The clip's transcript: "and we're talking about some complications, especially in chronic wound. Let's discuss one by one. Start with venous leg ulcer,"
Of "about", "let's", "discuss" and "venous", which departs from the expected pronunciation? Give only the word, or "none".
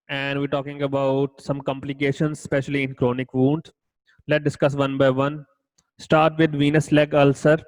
let's